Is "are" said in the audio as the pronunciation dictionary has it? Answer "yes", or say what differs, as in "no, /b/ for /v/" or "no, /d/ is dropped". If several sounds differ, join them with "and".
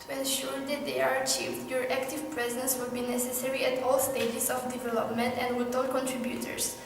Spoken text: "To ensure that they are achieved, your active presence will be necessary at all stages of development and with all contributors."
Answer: yes